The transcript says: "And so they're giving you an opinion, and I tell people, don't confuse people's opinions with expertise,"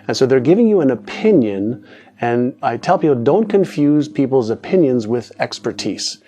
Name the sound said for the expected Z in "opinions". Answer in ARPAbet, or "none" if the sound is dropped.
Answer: Z